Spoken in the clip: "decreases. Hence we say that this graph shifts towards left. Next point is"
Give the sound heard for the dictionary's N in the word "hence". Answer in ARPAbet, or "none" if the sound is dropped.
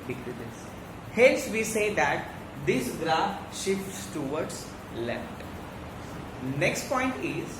L